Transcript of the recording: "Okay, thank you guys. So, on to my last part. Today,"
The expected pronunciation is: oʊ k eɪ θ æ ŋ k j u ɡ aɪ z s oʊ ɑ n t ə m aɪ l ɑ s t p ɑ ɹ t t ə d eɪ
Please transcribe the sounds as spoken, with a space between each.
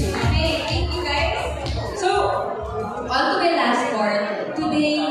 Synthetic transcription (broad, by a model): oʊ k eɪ t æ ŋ k j u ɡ aɪ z s oʊ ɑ l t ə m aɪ l ɑ s t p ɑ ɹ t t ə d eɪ